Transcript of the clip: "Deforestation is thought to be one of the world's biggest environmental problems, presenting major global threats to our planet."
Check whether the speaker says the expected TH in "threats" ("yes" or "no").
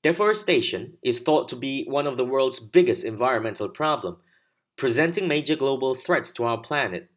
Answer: yes